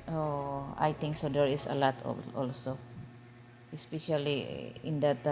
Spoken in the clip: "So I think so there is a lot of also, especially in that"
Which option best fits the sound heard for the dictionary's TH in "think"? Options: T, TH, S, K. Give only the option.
T